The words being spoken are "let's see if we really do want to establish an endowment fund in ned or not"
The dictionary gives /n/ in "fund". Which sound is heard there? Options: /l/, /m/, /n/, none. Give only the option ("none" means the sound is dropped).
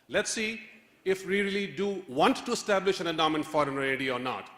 none